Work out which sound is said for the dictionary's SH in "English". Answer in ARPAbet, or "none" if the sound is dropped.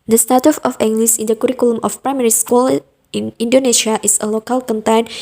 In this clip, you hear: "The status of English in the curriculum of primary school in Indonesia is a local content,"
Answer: S